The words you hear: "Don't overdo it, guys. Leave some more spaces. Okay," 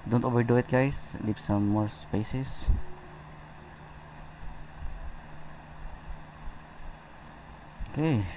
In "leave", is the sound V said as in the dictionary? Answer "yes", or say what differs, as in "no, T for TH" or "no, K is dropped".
no, P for V